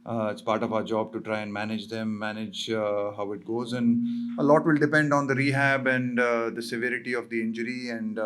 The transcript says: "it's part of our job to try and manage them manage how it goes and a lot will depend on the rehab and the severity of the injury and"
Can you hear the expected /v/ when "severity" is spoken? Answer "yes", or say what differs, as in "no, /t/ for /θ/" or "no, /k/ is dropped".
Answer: yes